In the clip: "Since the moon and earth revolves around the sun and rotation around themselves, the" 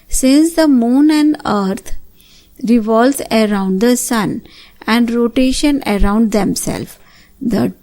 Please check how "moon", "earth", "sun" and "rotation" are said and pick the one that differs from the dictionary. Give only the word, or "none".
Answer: earth